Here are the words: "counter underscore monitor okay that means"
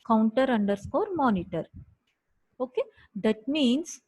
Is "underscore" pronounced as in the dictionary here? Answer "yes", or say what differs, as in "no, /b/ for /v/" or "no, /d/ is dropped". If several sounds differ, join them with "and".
yes